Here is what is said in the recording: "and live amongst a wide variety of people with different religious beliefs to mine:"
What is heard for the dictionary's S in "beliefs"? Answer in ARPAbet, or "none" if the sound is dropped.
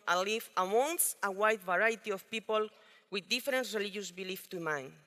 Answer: none